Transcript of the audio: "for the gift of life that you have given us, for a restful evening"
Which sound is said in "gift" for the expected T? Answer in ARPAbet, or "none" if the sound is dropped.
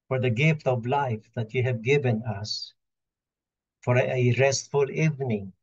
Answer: T